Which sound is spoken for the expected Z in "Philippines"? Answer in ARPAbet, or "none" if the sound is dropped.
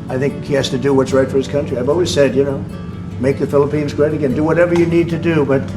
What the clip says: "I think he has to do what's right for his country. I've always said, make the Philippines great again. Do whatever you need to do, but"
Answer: Z